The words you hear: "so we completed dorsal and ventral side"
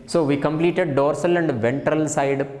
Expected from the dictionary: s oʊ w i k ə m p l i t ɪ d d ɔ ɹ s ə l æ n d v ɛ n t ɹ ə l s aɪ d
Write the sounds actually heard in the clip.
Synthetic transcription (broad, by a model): s oʊ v i k ə m p l i t ɪ d d ɔ ɹ s ə l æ n d v ɛ n t ɹ ə l s aɪ d